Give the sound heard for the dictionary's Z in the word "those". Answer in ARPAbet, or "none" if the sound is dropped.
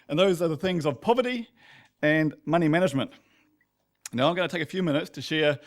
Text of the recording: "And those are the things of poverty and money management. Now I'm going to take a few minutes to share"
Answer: Z